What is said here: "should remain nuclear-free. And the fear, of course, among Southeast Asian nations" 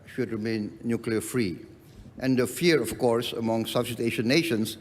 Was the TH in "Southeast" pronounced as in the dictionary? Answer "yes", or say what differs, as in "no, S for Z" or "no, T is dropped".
no, S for TH